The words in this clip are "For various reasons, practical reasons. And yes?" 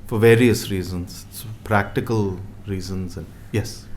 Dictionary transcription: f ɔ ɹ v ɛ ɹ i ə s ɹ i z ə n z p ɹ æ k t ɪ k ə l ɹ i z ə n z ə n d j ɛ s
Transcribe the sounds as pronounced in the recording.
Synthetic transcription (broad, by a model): f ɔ ɹ v ɛ ɹ i ə s ɹ i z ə n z p ɹ æ k t ɪ k ə l ɹ i z ə n z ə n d j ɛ s